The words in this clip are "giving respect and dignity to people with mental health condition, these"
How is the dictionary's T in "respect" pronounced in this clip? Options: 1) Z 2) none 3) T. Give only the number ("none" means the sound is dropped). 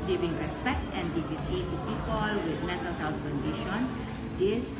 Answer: 3